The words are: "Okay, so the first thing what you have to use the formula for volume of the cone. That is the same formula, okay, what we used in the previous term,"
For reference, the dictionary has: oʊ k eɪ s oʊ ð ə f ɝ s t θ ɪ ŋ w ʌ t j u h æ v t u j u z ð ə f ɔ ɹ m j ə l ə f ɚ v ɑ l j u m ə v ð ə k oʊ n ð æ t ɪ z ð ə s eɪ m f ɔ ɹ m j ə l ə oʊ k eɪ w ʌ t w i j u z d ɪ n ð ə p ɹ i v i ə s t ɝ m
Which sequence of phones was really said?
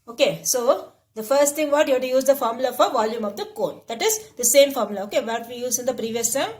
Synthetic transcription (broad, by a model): oʊ k eɪ s oʊ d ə f ɝ s t t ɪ ŋ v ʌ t j u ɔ t u j u z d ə f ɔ ɹ m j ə l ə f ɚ v ɑ l j u m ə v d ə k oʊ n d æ t ɪ z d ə s eɪ m f ɔ ɹ m l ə oʊ k eɪ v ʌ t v i j u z ɪ n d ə p ɹ i v i ə s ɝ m